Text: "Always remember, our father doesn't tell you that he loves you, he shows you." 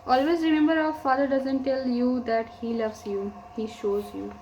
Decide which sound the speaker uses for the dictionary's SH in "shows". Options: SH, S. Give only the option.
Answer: SH